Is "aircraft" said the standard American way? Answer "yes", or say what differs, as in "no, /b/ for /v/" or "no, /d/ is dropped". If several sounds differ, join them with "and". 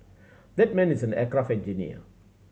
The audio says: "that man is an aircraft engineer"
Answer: no, /t/ is dropped